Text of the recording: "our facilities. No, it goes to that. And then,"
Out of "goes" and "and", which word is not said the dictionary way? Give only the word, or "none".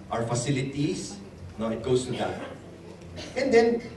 goes